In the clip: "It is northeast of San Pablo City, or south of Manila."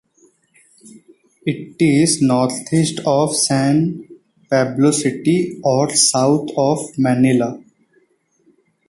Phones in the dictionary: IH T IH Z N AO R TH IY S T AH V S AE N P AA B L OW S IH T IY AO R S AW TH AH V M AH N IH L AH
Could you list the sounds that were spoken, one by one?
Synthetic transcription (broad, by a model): IH T IH Z N AO R T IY S T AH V S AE N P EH B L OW S IH T IY AO R S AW T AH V M AH N IH L AH